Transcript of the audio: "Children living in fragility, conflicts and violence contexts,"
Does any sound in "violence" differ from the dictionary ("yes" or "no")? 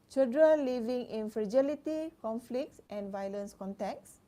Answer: no